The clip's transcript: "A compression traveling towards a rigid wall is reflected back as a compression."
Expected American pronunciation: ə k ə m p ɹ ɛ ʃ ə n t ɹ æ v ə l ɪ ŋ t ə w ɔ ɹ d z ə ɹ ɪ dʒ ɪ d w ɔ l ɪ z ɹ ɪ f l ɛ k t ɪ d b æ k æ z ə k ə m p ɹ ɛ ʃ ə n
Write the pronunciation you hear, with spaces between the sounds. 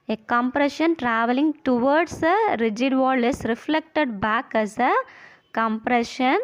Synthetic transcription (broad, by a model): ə k ə m p ɹ ɛ ʃ ə n t ɹ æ v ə l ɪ ŋ t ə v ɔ ɹ d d ə ɹ ɪ dʒ ɪ d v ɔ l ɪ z ɹ ɪ f l ɛ k t ɪ d b æ k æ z ə k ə m p ɹ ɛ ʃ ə n